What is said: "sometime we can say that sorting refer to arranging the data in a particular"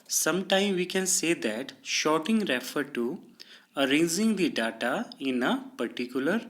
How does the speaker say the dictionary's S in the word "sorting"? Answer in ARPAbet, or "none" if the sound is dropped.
SH